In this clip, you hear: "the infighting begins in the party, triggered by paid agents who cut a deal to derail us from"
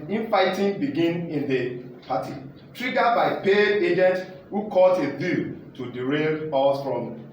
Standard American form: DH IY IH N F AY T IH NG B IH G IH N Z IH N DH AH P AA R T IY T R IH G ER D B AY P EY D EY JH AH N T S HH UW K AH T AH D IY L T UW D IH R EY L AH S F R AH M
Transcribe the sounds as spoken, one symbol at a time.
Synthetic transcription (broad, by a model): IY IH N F AY T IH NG B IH G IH N IH N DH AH P AA T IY T R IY G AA B AY P EY EY JH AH N T HH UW K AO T AH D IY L T UW D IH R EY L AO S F R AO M